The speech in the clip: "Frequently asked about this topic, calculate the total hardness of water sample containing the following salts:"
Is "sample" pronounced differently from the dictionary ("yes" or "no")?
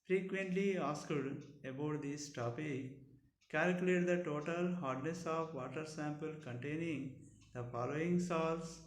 no